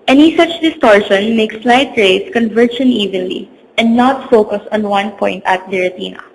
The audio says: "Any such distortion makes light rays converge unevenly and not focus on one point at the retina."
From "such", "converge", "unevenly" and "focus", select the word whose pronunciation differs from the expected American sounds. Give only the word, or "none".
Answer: converge